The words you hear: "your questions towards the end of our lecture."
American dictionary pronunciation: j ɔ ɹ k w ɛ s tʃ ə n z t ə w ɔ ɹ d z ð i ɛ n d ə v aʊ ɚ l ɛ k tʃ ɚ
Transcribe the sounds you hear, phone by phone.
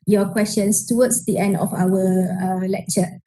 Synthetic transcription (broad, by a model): j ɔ k w ɛ s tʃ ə n s t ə w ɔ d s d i ɛ n d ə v aʊ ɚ l ɛ k tʃ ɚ